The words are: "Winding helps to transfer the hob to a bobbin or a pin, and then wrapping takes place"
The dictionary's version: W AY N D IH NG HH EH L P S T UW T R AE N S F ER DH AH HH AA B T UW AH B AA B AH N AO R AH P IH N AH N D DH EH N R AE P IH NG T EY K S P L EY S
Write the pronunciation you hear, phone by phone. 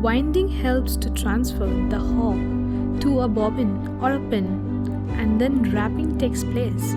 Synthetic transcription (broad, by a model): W AY N D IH NG HH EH L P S T UW T R AE N S F ER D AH HH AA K T UW AH B AA B AH N AO R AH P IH N AH N D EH N R AE P IH NG T EY K S P L EY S